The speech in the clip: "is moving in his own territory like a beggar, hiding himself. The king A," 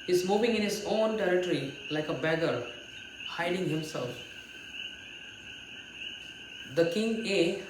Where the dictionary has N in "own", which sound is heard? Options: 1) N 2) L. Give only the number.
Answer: 1